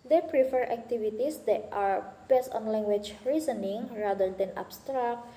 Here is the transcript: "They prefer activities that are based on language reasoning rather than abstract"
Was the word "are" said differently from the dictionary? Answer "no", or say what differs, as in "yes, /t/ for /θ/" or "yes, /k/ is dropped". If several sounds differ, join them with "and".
no